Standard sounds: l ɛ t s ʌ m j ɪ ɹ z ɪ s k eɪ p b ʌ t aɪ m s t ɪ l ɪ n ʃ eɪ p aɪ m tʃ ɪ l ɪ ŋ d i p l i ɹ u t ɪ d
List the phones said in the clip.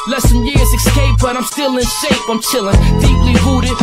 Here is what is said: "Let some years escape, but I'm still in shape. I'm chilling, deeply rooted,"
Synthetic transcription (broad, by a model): l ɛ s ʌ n j ɪ ɹ z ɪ s k eɪ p b ʌ t aɪ m s t ɪ l ɪ n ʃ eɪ f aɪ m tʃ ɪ l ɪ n d i p l i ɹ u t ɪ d